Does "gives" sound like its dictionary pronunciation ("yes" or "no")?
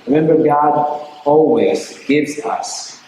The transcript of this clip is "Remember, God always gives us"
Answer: yes